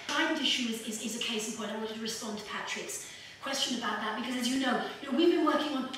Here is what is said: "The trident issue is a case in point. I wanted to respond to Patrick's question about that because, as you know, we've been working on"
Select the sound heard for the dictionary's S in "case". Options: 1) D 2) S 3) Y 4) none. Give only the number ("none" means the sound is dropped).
4